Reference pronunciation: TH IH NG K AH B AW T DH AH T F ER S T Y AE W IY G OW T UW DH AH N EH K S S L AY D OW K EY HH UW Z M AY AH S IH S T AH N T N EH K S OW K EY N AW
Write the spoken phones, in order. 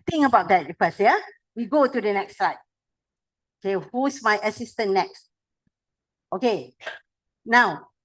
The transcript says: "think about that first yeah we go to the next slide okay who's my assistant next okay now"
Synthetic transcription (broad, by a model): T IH NG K AH B AW T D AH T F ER S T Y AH W IY G OW T UW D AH N EH K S S AY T OW K EY HH UW S M AY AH S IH S T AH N N EH K S OW K EY N AW